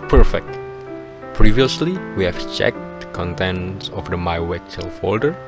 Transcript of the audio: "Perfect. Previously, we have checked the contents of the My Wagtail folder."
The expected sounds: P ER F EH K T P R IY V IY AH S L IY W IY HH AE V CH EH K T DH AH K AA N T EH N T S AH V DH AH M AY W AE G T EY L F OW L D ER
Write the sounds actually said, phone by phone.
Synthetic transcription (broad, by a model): P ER F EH K T P R IY V IY AH S L IY W IY HH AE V CH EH K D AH K AA N T EH N T S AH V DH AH M AY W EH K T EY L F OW L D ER